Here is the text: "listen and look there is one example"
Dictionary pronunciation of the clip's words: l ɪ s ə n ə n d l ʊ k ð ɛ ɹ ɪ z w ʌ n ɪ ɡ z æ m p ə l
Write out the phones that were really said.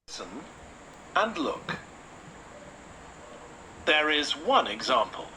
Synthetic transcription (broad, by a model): s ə n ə n l ʊ k ð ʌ ɹ ɪ z w ʌ n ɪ ɡ z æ m p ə l